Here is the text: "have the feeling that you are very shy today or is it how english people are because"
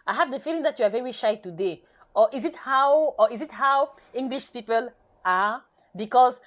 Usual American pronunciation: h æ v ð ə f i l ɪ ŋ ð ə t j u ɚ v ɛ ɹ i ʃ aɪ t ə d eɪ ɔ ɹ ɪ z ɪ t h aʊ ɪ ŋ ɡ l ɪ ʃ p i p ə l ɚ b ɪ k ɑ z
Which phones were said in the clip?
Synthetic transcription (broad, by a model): h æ v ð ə f i l ɪ ŋ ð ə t j u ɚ v ɛ ɹ i ʃ aɪ t ə d eɪ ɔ w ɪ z ɪ t h aʊ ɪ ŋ ɡ l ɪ ʃ p i p ə l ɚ b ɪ k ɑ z